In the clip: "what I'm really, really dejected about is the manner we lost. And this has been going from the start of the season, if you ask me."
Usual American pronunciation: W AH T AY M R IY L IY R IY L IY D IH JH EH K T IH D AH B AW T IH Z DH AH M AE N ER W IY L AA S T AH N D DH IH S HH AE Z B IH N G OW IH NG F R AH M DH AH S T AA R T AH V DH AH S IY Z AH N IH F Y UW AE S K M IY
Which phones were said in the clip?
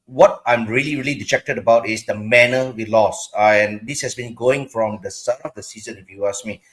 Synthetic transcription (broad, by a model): W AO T AY M R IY L IY R IY L IY D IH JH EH K T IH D AH B AW T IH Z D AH M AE N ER W IY L AA S AH N D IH S HH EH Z B IH N G OW IH NG F R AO M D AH S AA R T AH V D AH S IY Z AH N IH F Y UW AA S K M IY